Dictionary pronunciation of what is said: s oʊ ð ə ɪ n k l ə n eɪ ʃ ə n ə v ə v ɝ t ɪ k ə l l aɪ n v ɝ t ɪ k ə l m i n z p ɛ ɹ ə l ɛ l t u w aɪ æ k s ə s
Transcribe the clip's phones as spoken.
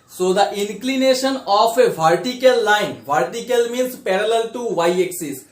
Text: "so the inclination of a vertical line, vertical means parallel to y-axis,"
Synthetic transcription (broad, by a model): s oʊ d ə ɪ n k l ə n eɪ ʃ ə n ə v ə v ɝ t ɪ k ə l l aɪ n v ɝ t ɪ k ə l m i n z p ɛ ɹ ə l ɛ l t u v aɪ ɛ k s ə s